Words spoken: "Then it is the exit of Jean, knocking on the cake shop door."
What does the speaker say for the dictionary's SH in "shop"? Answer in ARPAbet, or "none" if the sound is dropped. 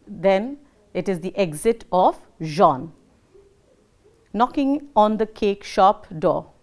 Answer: SH